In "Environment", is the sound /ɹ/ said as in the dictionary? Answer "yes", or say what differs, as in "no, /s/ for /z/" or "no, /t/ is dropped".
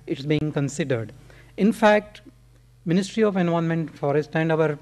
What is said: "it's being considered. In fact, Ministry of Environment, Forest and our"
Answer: no, /ɹ/ is dropped